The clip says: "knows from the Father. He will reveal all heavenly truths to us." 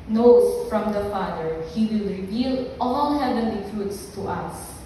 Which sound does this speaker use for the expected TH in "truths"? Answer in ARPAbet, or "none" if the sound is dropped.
T